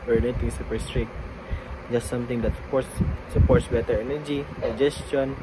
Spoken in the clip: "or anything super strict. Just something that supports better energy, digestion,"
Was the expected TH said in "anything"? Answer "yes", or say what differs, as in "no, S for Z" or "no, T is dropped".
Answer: no, T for TH